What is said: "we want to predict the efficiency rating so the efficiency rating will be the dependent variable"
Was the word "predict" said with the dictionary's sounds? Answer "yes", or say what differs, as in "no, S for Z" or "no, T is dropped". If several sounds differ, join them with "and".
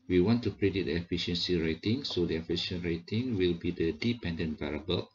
no, K is dropped